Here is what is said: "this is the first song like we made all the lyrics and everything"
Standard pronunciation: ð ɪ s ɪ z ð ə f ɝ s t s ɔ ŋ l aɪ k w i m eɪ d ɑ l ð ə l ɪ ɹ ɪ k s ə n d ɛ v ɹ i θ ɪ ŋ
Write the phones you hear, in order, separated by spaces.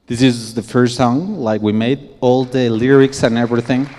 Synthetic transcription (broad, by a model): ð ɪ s ɪ z ð ə f ɝ s t s ɔ ŋ l aɪ k w i m eɪ d ɑ l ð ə l ɪ ɹ ɪ k s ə n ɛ v ɹ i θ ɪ ŋ